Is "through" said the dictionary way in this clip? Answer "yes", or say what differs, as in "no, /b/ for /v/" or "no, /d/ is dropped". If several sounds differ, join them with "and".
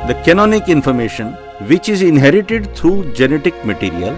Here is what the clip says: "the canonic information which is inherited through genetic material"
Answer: no, /t/ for /θ/